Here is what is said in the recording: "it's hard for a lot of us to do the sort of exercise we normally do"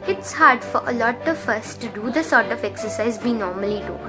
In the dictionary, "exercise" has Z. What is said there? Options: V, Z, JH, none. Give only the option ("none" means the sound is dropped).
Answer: Z